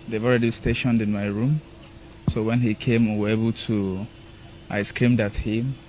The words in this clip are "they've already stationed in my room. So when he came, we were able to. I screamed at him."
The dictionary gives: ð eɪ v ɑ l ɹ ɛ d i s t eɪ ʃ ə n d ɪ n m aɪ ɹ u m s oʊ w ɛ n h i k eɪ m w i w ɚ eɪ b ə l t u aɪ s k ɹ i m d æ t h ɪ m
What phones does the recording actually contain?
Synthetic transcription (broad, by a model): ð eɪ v ɑ l ɹ ɛ d i s t eɪ ʃ ə n d ɪ n m aɪ ɹ u m s oʊ w ɛ n h i k eɪ m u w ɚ eɪ b ə l t u aɪ s k ɹ i m d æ t h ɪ m